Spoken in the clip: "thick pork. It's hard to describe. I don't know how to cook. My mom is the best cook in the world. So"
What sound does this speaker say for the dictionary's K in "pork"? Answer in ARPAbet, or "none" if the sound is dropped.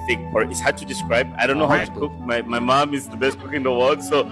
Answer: none